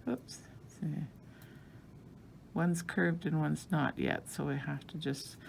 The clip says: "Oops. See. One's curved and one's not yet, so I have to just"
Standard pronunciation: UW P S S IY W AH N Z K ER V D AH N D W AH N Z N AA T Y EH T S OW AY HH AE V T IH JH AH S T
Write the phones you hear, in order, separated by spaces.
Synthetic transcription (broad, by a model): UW P S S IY W AH N Z K ER V D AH N W AH N Z N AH T Y EH T S OW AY HH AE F T IH JH AH S T